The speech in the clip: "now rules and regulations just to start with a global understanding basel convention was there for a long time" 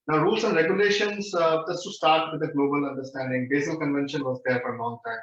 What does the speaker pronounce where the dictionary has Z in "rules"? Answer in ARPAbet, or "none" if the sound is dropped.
S